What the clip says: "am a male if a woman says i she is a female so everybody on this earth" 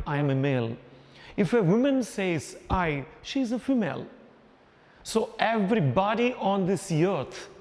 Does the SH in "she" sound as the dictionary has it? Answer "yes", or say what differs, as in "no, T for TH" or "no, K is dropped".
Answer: yes